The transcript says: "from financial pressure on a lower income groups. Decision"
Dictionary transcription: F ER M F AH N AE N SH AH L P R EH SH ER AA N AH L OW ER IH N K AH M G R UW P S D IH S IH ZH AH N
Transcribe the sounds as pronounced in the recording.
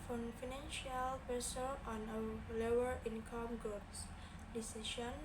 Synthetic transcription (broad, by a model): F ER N F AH N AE N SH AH L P EH S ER AA N AH L OW ER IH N K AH M G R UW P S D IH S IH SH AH N